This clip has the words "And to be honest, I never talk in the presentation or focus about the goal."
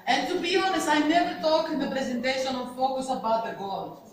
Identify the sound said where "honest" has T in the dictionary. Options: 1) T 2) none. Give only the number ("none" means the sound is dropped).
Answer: 2